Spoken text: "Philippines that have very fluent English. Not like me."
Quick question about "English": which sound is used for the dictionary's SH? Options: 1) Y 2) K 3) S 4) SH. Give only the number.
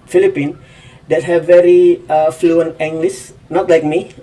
3